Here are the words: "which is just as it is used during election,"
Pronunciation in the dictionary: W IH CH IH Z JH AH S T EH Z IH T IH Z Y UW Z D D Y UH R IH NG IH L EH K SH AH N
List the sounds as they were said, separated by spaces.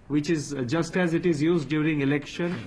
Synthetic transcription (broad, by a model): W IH CH IH Z JH AH S T EH Z IH T IH Z Y UW Z D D Y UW R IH NG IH L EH K SH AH N